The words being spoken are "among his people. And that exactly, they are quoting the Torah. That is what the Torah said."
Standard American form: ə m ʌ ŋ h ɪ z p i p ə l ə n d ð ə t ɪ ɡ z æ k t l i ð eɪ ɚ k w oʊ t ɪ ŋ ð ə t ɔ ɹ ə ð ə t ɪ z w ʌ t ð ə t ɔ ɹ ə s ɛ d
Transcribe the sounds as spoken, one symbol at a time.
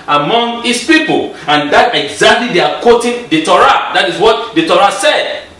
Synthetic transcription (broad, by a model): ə m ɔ ŋ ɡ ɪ s p i p ə l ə n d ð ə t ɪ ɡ z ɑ k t l i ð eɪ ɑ k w oʊ t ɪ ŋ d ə t ɔ ɹ ə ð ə t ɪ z w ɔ t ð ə t ɔ ɹ ə s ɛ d